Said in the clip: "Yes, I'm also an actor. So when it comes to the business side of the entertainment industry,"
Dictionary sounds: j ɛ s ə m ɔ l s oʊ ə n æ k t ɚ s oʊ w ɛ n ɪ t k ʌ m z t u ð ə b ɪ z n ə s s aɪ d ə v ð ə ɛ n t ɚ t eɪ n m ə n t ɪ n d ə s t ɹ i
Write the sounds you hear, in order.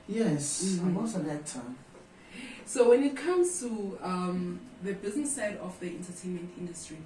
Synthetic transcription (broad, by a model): j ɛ s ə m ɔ s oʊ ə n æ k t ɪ s oʊ w ɛ n ɪ t k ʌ m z t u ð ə b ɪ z n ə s s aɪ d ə f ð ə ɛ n t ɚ t eɪ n m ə n t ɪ n d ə s t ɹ i